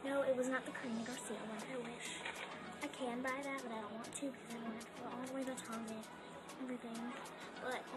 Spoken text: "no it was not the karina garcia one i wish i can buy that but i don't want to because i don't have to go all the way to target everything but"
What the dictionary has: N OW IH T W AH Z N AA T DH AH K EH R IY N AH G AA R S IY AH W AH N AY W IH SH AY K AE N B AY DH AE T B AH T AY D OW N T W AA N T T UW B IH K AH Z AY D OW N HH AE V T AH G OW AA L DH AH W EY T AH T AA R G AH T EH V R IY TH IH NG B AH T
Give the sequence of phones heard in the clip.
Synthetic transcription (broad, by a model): N OW IH T W AH Z N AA T DH AH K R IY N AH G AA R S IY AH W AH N AY W IH SH AY K AE N B AY DH AE T B AH T AY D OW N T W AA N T T UW B IH K AH Z AY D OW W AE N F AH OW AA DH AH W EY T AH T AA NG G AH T EH V R IY TH IH NG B AH T